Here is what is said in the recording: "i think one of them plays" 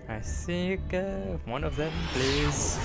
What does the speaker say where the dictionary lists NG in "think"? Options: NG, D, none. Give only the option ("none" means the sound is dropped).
none